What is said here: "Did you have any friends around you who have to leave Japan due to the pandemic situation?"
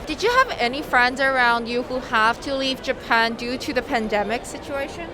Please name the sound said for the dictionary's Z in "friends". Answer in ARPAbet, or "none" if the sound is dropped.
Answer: Z